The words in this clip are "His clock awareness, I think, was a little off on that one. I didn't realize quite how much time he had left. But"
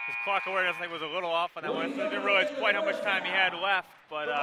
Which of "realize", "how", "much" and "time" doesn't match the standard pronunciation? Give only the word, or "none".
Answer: realize